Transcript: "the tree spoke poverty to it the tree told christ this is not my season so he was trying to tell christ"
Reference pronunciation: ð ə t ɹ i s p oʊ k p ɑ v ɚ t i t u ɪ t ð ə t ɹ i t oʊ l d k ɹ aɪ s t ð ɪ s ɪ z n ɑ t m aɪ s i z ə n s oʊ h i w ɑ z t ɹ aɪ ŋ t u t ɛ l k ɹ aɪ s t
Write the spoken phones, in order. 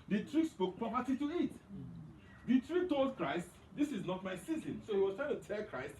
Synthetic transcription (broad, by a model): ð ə t ɹ i s p oʊ k p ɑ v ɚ t i t u ɪ t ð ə t ɹ i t oʊ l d k ɹ aɪ s t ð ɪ s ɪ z n ɑ t m aɪ s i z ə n s oʊ h i w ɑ s t ɹ aɪ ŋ t u t ɛ l k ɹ aɪ s t